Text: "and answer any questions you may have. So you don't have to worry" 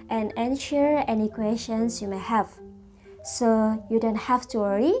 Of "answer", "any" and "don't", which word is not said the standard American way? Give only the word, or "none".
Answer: answer